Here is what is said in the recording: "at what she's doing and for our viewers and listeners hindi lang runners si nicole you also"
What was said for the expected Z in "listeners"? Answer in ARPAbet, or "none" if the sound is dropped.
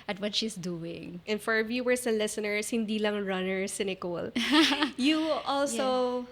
S